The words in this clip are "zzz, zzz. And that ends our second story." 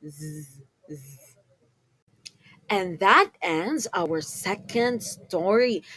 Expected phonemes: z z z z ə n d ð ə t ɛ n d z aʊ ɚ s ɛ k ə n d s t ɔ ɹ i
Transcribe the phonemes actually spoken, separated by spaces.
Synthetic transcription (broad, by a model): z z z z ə n ð ə t ɛ n d z aʊ ɚ s ɛ k ə n d s t ɔ ɹ i